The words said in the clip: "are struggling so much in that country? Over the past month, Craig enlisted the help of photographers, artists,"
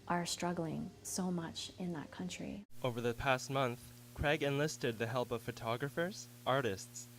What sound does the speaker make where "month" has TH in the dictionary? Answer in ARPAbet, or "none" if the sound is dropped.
TH